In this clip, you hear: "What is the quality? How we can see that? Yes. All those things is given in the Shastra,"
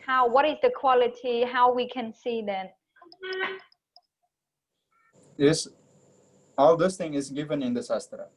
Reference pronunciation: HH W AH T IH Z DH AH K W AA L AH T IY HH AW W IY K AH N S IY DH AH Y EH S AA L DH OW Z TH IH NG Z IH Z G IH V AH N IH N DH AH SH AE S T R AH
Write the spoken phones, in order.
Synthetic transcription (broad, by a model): HH W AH T IH Z DH AH K W AA L AH T IY HH AW W IY K AH N S IY DH AH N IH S AA L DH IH S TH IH NG IH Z G IH V AH N IH N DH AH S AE S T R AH